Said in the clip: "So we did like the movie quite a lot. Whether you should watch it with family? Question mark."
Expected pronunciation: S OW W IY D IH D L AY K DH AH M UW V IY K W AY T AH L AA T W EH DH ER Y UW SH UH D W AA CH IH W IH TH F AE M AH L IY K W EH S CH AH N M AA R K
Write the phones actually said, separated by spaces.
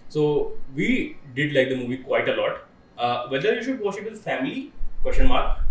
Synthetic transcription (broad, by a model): S OW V IY D IH D L AY K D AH M UW V IY K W AY T AH L AA T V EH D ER Y UW SH UH D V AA SH IH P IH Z F AE M AH L IY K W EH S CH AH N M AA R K